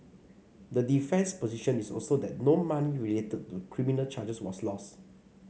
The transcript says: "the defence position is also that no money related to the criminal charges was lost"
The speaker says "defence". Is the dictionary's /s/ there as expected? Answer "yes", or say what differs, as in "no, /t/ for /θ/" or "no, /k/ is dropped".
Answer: yes